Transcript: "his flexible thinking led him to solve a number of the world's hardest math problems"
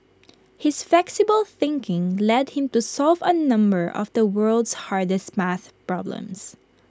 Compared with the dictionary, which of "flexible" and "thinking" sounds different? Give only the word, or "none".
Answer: none